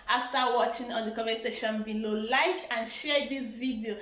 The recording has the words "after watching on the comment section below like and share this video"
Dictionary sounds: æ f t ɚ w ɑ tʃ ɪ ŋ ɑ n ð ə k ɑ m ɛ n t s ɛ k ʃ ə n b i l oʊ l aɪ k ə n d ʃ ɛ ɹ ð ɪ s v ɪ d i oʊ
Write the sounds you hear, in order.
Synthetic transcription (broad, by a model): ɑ f t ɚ w ɑ tʃ ɪ ŋ ɑ n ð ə k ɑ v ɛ s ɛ ʃ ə n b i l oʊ l aɪ k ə n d ʃ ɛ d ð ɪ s v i d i oʊ